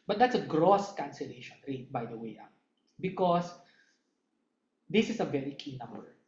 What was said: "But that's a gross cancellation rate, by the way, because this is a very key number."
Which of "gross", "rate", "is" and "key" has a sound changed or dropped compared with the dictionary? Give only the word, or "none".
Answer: is